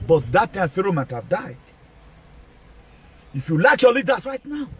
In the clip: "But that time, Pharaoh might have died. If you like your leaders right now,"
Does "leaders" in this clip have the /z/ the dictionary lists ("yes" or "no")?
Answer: no